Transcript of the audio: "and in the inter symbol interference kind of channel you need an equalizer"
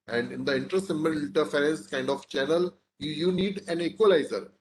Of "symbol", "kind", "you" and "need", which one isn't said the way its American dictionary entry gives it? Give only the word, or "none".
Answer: symbol